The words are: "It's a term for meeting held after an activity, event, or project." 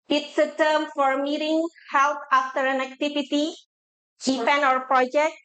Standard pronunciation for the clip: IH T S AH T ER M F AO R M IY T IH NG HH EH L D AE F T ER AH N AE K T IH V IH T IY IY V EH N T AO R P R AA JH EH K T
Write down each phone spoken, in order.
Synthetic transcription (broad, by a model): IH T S AH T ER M F AO R M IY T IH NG HH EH L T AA F T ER AH N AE K T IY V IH T IY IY P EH N AO R P R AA JH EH K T